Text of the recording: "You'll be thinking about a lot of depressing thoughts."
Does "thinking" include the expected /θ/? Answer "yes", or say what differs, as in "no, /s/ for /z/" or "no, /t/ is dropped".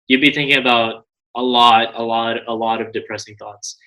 yes